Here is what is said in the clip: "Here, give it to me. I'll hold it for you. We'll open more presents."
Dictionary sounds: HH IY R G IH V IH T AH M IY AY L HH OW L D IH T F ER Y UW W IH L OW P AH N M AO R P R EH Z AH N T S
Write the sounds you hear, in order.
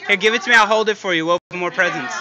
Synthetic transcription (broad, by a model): HH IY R G IH V IH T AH M IY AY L HH OW L D IH T F ER Y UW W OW AH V M AO R P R EH Z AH N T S